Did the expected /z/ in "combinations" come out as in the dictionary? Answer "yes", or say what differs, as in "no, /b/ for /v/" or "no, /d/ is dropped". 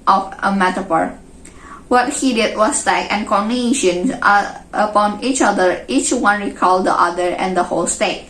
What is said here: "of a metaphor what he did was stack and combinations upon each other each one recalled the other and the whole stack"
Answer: no, /z/ is dropped